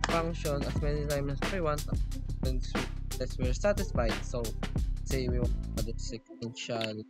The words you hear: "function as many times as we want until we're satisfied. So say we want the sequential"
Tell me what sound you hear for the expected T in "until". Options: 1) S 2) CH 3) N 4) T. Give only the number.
1